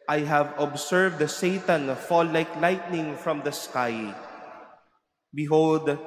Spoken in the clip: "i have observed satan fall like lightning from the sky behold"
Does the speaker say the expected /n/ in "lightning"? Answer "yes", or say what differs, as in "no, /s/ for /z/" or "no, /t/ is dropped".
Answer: yes